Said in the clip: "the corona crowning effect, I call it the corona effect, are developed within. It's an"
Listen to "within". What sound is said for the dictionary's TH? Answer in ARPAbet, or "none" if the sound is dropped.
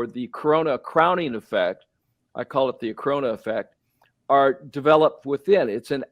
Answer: TH